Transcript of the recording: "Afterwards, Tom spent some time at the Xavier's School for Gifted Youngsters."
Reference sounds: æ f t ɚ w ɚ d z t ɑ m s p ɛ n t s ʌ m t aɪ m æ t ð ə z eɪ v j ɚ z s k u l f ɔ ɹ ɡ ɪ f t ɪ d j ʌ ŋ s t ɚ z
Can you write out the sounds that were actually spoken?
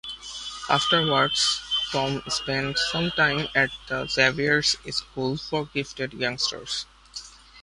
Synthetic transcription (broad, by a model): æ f t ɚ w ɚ d s t ɑ m s p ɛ n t s ʌ m t aɪ m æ t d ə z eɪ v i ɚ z s k u l f ɔ ɹ ɡ ɪ f t ɪ d j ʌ ŋ s t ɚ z